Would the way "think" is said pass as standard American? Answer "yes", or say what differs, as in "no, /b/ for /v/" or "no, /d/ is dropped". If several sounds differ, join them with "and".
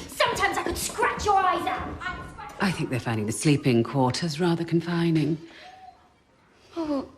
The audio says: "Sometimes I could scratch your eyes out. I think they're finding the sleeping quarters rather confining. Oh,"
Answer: yes